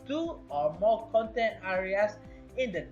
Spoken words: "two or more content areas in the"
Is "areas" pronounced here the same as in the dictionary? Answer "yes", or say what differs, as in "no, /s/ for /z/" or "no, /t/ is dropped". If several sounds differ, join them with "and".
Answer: no, /s/ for /z/